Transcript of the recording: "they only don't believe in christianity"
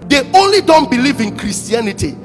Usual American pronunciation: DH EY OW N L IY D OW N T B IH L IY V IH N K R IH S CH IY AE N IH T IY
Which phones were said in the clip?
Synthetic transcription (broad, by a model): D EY OW N L IY D OW N T B IH L IY V IH N K R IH S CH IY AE N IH T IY